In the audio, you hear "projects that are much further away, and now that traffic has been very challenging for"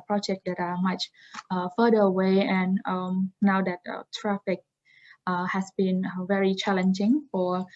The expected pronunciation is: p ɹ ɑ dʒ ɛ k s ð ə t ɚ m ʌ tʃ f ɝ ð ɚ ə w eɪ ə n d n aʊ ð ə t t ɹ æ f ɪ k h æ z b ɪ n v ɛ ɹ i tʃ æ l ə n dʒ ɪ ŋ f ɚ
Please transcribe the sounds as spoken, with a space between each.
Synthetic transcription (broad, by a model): p ɹ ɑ dʒ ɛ k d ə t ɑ m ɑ tʃ f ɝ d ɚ ə w eɪ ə n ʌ n aʊ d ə t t ɹ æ f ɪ k h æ s b ɪ n v ɛ ɹ i tʃ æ l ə n dʒ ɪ ŋ f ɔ